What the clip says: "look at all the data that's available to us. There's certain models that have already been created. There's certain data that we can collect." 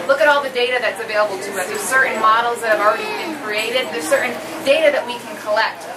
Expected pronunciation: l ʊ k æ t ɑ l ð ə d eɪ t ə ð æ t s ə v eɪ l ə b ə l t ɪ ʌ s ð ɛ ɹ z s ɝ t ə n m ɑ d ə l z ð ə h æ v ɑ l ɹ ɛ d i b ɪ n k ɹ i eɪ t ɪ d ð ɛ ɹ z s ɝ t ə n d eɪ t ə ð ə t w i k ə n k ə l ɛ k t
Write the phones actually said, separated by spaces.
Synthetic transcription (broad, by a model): l ʊ k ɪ t ɑ l ð ə d eɪ t ə ð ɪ t s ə v eɪ l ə b l t ɪ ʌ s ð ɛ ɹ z s ɝ t n m ɑ d l z ð ə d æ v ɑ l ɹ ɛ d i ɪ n k ɹ i eɪ t ɪ d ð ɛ ɹ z s ɝ t n d eɪ t ə ð ə t w i k n k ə l ɛ k t